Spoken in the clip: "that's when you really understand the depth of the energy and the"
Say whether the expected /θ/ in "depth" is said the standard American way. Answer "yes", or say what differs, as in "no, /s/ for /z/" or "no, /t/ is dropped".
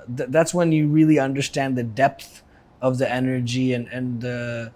yes